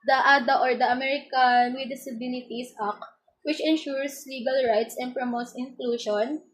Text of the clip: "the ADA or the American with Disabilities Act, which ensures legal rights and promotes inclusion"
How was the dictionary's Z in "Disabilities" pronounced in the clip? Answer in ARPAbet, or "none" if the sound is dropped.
S